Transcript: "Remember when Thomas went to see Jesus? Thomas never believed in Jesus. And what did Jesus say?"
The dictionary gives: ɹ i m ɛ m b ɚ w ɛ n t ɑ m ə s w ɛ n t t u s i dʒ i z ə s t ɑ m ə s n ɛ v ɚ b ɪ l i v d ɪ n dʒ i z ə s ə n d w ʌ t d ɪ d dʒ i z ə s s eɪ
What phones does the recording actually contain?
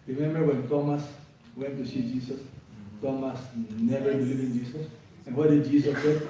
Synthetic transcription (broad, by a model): ɹ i m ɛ m b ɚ w ɛ n t ɑ m ə s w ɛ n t t u s i dʒ i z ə s t ɑ m ə s n ɛ v ɚ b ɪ l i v ɪ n dʒ i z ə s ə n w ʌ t d ɪ d dʒ i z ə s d